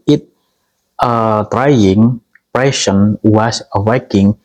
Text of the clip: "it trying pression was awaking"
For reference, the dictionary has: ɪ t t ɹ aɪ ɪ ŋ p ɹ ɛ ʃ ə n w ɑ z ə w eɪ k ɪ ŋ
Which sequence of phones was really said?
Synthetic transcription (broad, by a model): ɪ t t ɹ aɪ ɪ ŋ p ɹ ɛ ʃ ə n w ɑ s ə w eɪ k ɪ ŋ